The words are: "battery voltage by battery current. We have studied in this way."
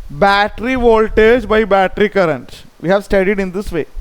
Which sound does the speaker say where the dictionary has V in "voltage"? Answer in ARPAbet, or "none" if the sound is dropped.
V